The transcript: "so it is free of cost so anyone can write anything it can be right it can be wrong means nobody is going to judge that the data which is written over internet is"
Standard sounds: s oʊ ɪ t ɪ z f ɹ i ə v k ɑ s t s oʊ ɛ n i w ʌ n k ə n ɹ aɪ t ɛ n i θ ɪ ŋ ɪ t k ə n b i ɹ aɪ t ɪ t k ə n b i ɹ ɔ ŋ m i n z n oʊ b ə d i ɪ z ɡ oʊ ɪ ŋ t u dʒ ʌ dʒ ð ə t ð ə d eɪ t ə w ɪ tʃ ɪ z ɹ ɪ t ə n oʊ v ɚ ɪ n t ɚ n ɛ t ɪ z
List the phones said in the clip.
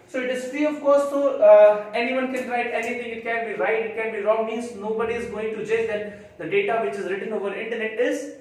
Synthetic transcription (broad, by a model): s oʊ ɪ t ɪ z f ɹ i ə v k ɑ t s oʊ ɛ n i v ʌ n k ə n ɹ aɪ t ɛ n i t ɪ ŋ ɪ t k ə n b i ɹ aɪ t ɪ t k ə n b i ɹ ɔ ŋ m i n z n oʊ b ə d i ɪ z ɡ oʊ ɪ ŋ t u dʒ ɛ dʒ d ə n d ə d eɪ t ə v ɪ tʃ ɪ z ɹ ɪ t ə n oʊ v ɚ ɪ n t ɚ n ɛ t ɪ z